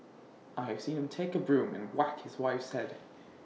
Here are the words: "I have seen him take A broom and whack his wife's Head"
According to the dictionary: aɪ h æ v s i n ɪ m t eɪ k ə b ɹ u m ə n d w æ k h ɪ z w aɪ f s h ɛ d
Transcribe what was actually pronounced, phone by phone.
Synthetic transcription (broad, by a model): aɪ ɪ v s i n ɪ m t eɪ k ə b ɹ u m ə n w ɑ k h ɪ z w aɪ f s ɛ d